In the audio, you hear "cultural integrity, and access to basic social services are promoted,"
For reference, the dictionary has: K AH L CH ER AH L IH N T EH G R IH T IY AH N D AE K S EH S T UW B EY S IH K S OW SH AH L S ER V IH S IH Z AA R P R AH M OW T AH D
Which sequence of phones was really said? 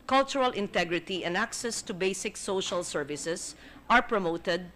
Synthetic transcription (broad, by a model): K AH L CH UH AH L IH N T EH G R IH T IY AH N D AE K S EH S T UW B EY S IH K S OW SH AH L S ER V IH S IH S AA R P R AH M OW T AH D